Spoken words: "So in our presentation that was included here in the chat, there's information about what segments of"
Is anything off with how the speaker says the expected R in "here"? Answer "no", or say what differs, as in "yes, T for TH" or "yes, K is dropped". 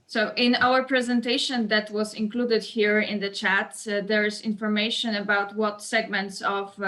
no